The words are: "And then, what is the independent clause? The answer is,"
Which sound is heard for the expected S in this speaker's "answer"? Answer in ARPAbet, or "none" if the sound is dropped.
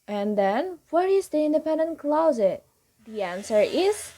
S